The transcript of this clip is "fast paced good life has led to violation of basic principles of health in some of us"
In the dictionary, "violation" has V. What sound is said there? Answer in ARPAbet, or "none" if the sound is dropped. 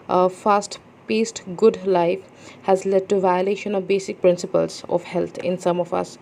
V